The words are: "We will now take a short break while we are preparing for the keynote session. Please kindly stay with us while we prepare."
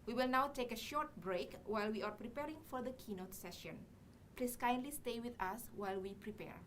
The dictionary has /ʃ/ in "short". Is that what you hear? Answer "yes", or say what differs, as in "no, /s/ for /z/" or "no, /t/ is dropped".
yes